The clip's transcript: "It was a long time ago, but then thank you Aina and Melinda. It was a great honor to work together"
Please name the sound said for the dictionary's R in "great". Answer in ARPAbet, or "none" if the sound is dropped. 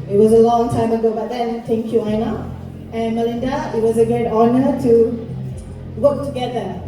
none